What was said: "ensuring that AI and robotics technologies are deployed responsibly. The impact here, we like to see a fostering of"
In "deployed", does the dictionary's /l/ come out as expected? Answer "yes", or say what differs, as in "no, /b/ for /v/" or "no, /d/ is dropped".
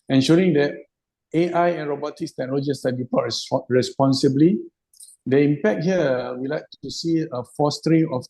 no, /l/ is dropped